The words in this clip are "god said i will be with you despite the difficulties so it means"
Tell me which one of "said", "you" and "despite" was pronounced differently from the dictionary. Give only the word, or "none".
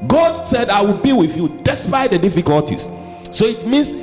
none